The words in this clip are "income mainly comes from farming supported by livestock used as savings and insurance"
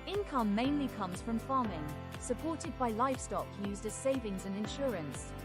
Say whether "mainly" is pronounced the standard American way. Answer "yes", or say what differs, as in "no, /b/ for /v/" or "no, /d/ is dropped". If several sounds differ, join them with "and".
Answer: yes